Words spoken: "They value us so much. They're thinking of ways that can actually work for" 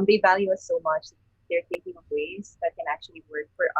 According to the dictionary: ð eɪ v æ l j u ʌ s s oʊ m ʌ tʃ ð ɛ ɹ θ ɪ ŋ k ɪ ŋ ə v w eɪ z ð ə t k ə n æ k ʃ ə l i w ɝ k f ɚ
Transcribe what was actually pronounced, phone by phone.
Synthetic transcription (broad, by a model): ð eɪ v æ l j u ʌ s s oʊ m ʌ tʃ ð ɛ ɹ t ɪ k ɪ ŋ ə v w eɪ z ð ə t k ə n æ k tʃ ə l i w ɝ k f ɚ